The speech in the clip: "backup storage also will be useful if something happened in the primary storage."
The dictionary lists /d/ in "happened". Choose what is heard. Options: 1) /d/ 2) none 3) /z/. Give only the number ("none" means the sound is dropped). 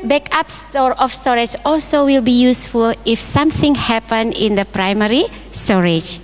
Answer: 2